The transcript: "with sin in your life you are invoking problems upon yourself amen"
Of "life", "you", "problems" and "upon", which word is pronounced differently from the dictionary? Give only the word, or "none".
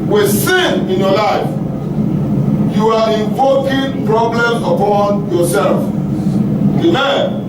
problems